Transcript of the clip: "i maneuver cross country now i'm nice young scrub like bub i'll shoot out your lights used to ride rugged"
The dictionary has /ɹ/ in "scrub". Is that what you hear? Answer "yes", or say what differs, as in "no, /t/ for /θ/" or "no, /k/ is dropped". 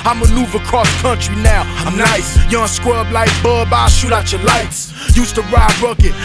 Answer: no, /w/ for /ɹ/